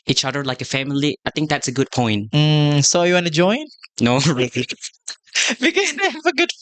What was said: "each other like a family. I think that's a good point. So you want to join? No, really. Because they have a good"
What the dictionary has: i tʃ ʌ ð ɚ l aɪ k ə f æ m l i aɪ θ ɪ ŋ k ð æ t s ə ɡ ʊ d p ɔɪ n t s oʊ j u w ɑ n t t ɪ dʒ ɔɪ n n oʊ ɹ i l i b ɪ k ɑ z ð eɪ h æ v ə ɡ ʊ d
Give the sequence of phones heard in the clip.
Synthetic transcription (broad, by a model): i tʃ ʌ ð ɚ l aɪ k ə f æ m l i aɪ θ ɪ ŋ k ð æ t s ə ɡ ʊ d p ɔɪ n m s oʊ j u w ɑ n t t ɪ dʒ ɔɪ n n oʊ ɹ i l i b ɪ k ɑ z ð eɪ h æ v ə ɡ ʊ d